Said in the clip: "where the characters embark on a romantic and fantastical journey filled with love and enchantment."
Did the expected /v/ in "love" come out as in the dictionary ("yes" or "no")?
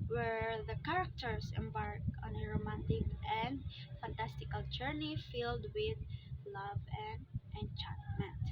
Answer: yes